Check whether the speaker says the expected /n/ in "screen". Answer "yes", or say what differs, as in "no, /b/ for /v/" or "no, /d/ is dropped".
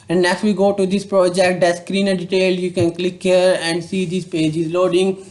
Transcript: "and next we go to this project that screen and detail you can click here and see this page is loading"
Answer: yes